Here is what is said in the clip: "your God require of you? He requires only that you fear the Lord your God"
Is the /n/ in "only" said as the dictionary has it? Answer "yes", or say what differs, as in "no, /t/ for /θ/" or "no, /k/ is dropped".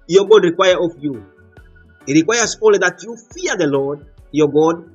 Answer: no, /n/ is dropped